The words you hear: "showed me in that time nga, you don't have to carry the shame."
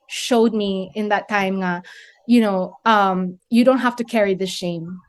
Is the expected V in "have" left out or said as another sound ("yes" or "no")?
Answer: yes